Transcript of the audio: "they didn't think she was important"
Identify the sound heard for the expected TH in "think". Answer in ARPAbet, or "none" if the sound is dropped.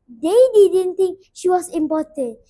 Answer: T